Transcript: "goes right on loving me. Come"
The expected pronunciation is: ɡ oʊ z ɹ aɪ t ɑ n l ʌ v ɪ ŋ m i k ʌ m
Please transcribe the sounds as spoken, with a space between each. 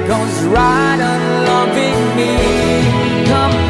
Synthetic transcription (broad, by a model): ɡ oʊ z ɹ aɪ t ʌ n l ʌ v ɪ ŋ m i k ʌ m